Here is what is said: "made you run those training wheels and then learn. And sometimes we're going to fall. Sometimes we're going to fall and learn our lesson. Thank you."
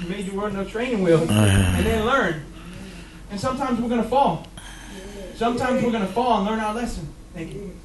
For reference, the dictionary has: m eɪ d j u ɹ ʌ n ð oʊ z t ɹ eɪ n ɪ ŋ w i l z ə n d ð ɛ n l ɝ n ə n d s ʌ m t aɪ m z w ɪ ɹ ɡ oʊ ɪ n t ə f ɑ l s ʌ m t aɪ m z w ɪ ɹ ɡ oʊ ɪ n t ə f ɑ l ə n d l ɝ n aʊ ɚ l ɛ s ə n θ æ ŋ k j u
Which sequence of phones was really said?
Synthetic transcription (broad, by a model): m eɪ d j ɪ w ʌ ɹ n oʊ t ɹ eɪ n ɪ ŋ w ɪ l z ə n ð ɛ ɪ l ɝ n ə n s ʌ m t aɪ m z w ɪ ɹ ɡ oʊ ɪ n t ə f ɑ l s ʌ m t aɪ m z w ɪ ɹ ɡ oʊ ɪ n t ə f ɑ l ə n l ɝ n aʊ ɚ l ɛ s ə n θ æ ŋ k j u